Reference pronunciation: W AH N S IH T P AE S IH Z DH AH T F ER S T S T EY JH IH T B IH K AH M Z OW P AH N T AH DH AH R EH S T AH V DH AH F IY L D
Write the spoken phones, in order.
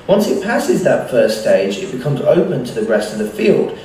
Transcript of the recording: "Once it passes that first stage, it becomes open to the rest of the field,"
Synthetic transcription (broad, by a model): W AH N S IH T P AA S IH Z DH AH T F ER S S T EY JH IH T B IH K AH M Z OW P AH N T AH DH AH R EH S T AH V DH AH F IY L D